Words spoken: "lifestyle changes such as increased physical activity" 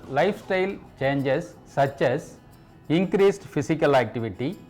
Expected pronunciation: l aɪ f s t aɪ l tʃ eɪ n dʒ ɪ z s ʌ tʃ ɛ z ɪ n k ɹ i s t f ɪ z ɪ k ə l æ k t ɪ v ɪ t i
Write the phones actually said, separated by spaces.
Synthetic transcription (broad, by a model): l aɪ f s t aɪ l tʃ eɪ n dʒ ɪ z s ʌ tʃ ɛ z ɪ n k ɹ i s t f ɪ s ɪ k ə l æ k t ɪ v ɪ t i